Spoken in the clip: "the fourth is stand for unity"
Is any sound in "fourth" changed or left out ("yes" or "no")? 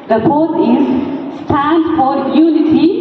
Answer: yes